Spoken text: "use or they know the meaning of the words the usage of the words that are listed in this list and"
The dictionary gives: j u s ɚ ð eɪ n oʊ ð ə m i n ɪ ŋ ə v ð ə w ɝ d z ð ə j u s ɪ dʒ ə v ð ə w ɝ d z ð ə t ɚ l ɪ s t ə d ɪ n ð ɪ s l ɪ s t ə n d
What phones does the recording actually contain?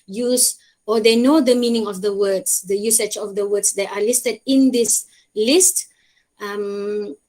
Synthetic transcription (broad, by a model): j u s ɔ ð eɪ n oʊ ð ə m i n ɪ ŋ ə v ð ə w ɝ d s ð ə j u s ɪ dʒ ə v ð ə w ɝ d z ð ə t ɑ l ɪ s t ə d ɪ n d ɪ s l ɪ s t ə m